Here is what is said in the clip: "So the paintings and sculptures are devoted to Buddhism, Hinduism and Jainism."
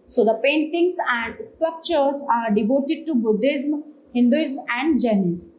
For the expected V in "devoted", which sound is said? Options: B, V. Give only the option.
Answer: V